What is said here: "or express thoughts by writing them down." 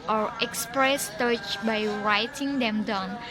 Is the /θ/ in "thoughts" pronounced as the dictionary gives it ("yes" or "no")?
no